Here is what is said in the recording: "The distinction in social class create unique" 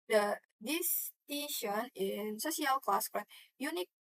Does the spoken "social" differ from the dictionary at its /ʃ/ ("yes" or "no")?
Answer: yes